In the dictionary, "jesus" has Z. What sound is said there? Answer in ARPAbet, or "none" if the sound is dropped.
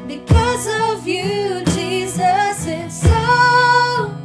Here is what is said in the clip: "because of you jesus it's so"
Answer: Z